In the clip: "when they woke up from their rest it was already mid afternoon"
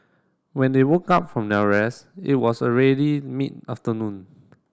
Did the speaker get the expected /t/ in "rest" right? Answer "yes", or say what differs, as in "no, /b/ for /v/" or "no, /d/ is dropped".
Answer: no, /t/ is dropped